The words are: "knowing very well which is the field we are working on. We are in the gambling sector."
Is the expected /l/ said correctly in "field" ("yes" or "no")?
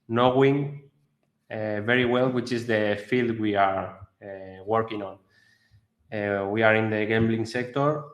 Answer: yes